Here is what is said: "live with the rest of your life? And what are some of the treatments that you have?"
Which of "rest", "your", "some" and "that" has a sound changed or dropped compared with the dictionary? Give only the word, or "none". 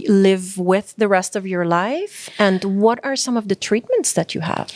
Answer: none